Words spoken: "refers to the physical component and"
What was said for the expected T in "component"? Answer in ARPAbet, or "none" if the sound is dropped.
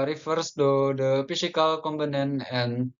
none